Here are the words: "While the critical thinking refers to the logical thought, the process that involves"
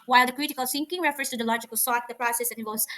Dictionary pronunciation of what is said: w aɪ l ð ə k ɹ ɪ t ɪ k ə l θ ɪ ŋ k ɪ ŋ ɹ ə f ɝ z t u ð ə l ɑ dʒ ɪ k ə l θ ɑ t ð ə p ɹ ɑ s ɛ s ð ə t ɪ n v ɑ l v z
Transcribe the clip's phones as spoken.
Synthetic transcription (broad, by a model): w aɪ l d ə k ɹ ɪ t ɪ k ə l s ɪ ŋ k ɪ ŋ ɹ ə f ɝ s t u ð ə l ɑ dʒ ɪ k ə l s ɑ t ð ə p ɹ ɑ s ɛ s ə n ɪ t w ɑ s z